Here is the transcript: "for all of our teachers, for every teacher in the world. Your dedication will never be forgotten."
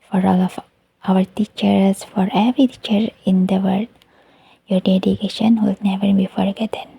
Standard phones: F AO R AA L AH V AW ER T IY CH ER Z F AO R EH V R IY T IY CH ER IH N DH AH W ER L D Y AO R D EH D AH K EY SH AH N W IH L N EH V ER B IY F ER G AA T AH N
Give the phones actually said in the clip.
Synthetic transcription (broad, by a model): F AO R AA L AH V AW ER T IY CH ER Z F AO R EH V R IY T IY CH ER IH N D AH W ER D Y AO R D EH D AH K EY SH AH N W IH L N EH V ER B IY F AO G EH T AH N